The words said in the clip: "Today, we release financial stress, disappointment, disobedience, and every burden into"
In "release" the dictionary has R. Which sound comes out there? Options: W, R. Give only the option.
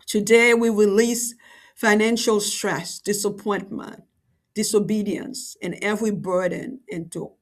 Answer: R